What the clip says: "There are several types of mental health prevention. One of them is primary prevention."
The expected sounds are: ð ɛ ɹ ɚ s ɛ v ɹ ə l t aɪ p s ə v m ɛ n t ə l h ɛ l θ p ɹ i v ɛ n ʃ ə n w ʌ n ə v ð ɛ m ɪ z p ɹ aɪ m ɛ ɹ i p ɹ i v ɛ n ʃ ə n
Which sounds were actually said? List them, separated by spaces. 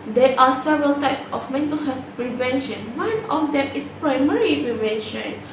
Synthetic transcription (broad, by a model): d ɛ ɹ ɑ s ɛ v ɹ ə l t aɪ p s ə f m ɛ n t ə l h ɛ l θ p ɹ i v ɛ n ʃ ə n w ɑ n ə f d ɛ m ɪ s p ɹ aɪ m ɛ ɹ i p ɹ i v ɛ n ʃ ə n